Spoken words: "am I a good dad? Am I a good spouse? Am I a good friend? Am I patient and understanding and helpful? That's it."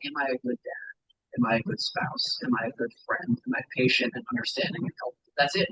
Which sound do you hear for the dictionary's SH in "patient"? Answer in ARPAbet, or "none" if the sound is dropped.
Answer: SH